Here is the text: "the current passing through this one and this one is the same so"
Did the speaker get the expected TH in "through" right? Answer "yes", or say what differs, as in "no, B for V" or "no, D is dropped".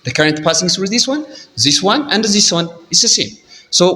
no, S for TH